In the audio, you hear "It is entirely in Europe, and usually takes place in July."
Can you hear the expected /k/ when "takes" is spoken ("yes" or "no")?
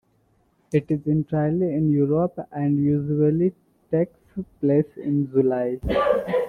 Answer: yes